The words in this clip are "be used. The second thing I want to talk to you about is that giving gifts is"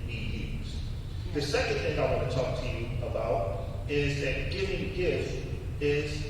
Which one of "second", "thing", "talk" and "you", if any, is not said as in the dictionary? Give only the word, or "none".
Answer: none